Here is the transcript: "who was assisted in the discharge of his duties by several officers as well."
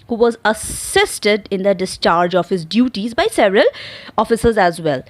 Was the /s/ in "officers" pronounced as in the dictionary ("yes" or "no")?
yes